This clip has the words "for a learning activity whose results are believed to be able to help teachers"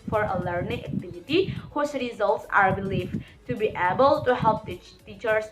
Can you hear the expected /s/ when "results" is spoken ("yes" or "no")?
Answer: yes